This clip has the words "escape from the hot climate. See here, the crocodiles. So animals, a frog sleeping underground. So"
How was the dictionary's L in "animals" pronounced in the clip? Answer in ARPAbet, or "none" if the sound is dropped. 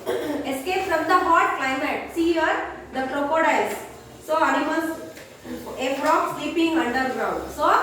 none